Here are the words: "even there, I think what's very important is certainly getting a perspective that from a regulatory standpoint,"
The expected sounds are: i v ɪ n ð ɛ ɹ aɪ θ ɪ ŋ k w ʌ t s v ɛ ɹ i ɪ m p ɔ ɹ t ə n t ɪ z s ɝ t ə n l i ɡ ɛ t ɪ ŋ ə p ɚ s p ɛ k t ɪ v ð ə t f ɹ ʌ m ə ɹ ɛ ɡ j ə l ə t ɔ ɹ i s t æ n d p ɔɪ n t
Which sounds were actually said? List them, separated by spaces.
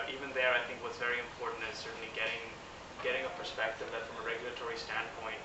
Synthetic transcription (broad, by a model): i v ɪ n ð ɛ ɹ aɪ θ ɪ ŋ k w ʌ t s v ɛ ɹ i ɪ m p ɔ ɹ t n t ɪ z s ɝ t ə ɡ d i ɡ ɛ t ɪ ŋ ə p ɚ s p ɛ k t ɪ v ð ə t f ɹ ʌ m ə ɹ ɛ ɡ j l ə t ɔ ɹ i s t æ n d p ɔɪ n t